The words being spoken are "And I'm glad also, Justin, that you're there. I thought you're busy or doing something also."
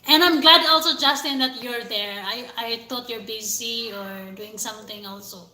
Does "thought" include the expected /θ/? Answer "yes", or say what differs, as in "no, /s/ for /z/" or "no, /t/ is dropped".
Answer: no, /t/ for /θ/